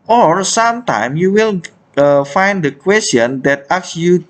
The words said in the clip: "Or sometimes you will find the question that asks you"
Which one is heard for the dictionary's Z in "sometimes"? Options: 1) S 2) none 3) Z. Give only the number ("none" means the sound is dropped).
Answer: 2